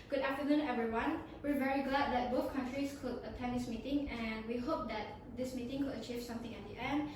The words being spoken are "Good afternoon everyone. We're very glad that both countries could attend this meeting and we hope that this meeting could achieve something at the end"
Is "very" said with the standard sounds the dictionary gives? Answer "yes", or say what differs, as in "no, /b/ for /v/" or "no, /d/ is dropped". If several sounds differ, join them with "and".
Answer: yes